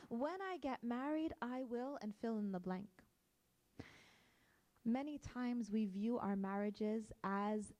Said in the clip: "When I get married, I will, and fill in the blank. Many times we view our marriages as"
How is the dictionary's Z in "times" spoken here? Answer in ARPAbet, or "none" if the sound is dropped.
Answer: Z